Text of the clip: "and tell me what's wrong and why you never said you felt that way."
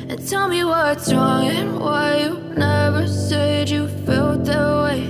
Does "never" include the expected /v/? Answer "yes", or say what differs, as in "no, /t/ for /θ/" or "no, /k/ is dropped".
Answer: yes